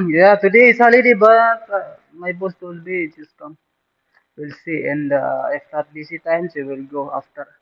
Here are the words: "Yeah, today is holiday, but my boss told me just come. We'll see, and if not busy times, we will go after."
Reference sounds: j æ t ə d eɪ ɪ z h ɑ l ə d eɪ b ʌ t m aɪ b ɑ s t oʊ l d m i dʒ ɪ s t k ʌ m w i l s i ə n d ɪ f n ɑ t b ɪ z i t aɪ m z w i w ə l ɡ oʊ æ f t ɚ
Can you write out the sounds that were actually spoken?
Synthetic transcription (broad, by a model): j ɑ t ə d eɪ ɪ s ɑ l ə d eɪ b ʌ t m aɪ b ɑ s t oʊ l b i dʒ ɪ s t k ʌ m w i l s i ə n d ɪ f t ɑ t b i s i t aɪ m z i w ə l ɡ oʊ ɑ f t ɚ